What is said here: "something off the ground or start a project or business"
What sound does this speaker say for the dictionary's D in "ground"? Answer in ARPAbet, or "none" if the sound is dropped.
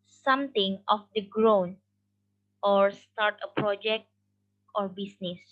none